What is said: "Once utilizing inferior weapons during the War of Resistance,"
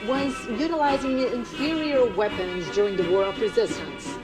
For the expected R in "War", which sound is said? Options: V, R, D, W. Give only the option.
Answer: R